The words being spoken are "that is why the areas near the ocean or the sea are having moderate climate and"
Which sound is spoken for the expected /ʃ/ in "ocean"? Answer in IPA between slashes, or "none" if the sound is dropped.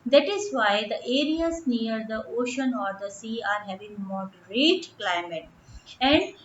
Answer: /ʃ/